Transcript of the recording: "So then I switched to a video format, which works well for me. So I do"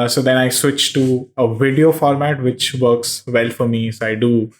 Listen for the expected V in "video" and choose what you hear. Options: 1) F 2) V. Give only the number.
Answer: 2